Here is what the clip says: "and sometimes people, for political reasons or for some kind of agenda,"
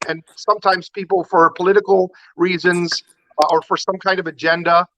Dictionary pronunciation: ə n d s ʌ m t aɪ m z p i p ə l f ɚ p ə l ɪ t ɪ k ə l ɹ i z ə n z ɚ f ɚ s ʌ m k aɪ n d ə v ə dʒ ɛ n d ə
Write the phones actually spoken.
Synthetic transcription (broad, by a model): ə n s ʌ m t aɪ m z p i p l f ɚ p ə l ɪ t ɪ k l ɹ i z ə n z ɚ f ɚ s ʌ m k aɪ n d ə v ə dʒ ɛ n d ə